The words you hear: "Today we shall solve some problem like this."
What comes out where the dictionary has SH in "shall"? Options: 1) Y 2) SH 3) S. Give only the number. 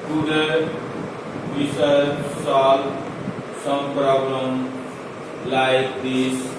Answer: 3